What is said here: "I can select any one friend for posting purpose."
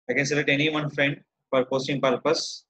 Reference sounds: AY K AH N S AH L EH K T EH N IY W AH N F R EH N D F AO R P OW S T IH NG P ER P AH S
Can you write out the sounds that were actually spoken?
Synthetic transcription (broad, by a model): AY K AH N S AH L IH T EH N IY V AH N F R EH N D F AO R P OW S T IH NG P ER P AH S